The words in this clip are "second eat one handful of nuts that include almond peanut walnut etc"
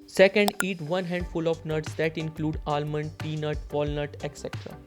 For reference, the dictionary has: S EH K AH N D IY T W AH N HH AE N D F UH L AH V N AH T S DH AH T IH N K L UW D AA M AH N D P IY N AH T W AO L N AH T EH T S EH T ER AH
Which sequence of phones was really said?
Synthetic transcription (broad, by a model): S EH K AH N D IY T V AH N HH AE N D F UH L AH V N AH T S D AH T IH N K L UW D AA M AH N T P IY N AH T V AO L N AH T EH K S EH T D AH